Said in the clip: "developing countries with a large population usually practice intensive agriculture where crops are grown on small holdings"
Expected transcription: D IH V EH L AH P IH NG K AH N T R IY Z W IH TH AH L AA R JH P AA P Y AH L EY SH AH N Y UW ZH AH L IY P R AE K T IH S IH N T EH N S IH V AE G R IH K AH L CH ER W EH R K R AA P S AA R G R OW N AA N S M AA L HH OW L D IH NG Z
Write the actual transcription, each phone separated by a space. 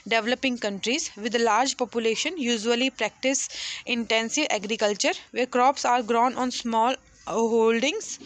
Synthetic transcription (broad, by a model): D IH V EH L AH P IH NG K AH N T R IY Z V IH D L AA R JH P AA P Y AH L EY SH AH N Y UW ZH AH L IY P R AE K T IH S IH N T EH N S IH V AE G R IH K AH L CH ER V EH R K R AA P S AA R G R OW N AA N S M AA L HH OW L D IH NG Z